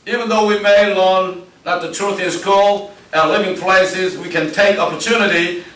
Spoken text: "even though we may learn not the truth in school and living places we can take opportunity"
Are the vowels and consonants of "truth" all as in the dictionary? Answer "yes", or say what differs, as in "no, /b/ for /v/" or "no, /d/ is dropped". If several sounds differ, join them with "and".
yes